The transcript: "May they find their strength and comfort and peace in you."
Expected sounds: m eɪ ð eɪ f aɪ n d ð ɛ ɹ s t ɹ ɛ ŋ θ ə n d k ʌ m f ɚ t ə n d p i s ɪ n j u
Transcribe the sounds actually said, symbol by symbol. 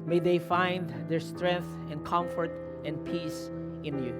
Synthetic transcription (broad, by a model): m eɪ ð eɪ f aɪ n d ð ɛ ɹ s t ɹ ɛ ŋ θ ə n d k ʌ m f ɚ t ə n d p i s ɪ n j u